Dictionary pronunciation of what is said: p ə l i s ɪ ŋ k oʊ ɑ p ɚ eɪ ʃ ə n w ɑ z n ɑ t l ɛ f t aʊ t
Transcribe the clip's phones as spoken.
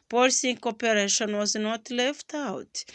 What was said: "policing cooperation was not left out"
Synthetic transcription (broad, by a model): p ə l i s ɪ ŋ k oʊ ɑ p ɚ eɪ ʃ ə n w ɑ z n ɑ t l ɛ f t aʊ t